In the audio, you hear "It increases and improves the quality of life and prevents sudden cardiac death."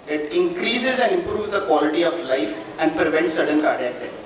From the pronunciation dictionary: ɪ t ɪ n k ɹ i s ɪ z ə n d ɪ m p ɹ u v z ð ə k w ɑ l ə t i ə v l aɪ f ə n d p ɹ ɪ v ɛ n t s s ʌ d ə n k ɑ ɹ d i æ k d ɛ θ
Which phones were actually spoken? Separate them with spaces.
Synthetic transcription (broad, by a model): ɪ t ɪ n k ɹ i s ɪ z ə n d ɪ m p ɹ u v z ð ə k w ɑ l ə t i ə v l aɪ f ə n d p ɹ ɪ v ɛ n t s s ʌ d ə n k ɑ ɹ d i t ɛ